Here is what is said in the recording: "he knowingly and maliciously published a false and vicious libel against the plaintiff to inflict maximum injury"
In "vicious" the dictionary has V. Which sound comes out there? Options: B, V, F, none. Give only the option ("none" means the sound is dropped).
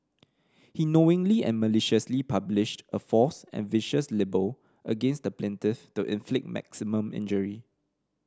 V